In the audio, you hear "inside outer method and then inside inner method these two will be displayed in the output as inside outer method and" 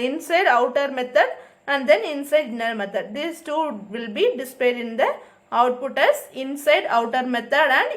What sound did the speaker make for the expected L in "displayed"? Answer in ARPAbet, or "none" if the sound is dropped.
none